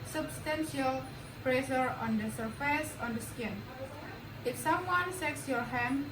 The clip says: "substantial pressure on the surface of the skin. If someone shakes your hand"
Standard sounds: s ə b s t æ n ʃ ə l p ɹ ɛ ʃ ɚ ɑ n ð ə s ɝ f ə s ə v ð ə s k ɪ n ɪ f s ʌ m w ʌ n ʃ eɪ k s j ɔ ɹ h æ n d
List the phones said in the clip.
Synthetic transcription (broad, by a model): s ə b s t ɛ n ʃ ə l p ɹ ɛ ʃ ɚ ɑ n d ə s ɝ f ə s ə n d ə s k ɪ n ɪ f s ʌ m w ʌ n s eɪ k s j ɔ ɹ h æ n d